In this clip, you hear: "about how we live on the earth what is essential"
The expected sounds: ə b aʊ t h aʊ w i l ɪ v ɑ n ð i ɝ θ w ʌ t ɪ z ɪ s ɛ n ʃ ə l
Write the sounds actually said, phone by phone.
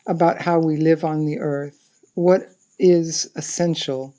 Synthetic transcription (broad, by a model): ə b aʊ t h aʊ w i l ɪ v n ð i ɝ θ w ʌ t ɪ z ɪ s ɛ n ʃ l